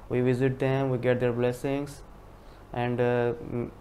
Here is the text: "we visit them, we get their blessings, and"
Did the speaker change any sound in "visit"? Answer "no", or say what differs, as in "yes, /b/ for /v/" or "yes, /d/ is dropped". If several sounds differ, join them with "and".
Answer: no